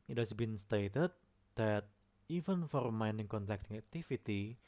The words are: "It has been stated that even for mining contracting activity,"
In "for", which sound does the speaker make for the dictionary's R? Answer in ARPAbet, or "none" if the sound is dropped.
R